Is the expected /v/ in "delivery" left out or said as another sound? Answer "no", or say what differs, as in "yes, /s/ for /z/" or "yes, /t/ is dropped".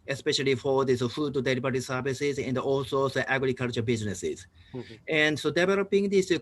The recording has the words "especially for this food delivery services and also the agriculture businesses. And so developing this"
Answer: yes, /b/ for /v/